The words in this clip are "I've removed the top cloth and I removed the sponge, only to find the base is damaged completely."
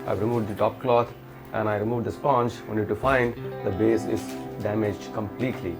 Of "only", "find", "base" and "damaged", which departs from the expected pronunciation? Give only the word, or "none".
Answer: only